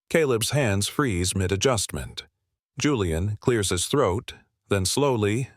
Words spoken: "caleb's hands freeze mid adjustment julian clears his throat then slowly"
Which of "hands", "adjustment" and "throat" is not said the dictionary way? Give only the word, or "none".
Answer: none